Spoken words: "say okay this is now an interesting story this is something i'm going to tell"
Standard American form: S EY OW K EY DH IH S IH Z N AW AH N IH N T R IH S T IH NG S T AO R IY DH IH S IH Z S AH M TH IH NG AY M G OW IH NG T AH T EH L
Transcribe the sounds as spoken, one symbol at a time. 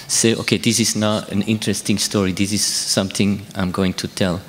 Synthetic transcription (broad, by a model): S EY OW K EY DH IH S IH Z N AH AH N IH N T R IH S T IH NG S T AO R IY DH IH S IH Z S AH M TH IH NG AY M G OW IH NG T AH T EH L